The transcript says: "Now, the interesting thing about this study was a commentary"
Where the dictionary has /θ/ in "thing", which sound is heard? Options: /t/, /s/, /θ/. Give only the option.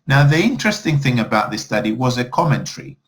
/θ/